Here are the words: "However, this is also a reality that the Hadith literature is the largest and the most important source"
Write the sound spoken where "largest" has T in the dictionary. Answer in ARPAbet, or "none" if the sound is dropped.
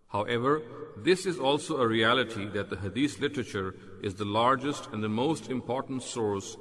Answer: T